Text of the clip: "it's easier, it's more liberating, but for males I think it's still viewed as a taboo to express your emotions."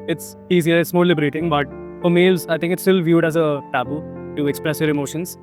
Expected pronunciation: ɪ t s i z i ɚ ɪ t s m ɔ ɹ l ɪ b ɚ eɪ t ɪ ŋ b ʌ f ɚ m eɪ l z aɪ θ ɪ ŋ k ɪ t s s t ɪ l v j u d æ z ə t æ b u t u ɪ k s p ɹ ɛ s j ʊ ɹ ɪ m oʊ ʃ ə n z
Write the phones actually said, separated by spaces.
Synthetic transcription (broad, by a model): ɪ t s i z i ɚ ɪ t s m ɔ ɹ l ɪ b ɚ eɪ t ɪ ŋ b ʌ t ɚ m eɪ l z aɪ t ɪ ŋ k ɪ t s s t ɪ l v j u d æ z ə t æ b u t u ɪ k s p ɹ ɛ s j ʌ ɹ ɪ m oʊ ʃ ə n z